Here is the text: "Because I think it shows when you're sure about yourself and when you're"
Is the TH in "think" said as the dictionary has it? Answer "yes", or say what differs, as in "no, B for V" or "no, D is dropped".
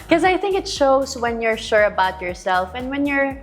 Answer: yes